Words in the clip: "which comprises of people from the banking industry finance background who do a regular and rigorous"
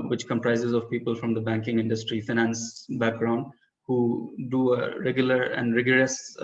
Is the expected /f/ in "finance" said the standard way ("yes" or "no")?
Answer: yes